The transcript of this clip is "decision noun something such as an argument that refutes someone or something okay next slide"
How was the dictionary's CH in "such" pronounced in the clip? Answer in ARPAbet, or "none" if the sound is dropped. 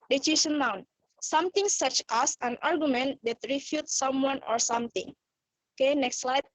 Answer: CH